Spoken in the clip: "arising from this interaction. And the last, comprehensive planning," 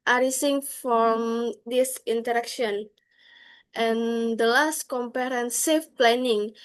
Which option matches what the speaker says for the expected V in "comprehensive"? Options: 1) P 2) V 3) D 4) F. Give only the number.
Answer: 4